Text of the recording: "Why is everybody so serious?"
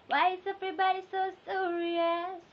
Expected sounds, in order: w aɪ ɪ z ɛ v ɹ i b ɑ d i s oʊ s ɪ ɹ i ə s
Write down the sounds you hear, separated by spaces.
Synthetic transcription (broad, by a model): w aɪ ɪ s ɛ p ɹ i b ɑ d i s oʊ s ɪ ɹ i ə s